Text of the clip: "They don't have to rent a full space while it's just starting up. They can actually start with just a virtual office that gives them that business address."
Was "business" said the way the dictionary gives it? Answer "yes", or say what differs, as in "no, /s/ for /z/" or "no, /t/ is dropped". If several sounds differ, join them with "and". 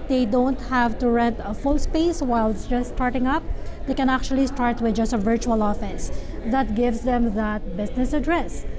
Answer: no, /s/ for /z/